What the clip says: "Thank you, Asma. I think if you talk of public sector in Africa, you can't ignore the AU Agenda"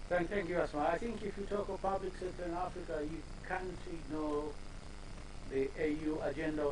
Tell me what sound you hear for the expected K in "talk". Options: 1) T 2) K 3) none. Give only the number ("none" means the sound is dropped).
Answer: 2